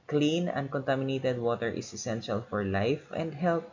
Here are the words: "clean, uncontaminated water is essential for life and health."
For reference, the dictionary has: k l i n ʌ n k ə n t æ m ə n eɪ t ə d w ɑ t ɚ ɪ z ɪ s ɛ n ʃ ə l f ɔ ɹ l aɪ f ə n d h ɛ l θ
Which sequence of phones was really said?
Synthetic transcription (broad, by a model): k l i n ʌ n k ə n t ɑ m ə n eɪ t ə d w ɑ t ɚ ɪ s ɪ s ɛ n ʃ ə l f ɔ ɹ l aɪ f ə n d h ɛ l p